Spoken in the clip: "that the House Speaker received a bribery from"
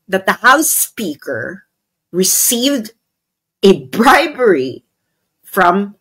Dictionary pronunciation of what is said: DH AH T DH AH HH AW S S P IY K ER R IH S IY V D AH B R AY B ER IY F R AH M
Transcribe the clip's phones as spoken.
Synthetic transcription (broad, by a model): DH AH T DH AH HH AW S S P IY K ER R IH S IY V D AH B R AY B ER IY F R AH M